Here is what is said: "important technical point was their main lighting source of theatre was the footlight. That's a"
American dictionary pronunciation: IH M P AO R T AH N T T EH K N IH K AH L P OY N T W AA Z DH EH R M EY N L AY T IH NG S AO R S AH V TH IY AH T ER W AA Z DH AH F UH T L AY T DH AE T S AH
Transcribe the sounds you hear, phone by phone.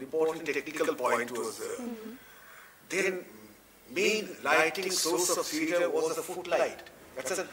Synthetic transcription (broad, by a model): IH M P AO R T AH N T T EH K N IH K AH L P OY N T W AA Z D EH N M EY N L AY T IH NG S AO R S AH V S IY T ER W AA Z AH F UH T L AY T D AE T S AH